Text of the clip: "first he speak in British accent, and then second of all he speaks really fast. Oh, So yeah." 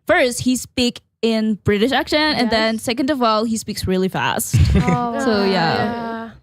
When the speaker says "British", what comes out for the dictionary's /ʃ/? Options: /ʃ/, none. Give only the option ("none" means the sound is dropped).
/ʃ/